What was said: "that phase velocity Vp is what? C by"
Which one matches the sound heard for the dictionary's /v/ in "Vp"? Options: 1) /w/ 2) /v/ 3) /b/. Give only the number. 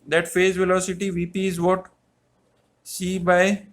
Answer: 2